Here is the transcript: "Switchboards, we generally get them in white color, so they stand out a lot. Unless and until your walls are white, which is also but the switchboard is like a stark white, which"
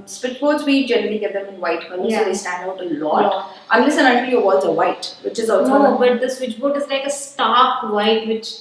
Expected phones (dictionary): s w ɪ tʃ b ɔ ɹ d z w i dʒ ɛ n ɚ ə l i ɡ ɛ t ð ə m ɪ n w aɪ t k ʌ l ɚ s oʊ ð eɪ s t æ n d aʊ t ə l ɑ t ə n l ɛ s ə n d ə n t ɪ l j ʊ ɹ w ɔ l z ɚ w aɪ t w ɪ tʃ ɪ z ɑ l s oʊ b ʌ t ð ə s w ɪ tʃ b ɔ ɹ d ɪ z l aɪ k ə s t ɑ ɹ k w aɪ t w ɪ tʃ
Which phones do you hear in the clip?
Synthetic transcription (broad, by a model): s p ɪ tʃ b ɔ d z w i dʒ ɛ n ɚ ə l i ɡ ɛ t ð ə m ɪ n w aɪ t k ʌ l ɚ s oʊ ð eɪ s t æ n d aʊ t ə l ɑ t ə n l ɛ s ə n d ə t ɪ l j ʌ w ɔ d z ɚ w aɪ t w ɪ tʃ ɪ z ɑ l s oʊ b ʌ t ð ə s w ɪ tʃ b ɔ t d ɪ z l aɪ k ə s t ɑ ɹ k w aɪ t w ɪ tʃ